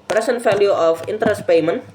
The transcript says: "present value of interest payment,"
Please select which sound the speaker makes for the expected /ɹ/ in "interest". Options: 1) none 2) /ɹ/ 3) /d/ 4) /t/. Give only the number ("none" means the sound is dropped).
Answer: 2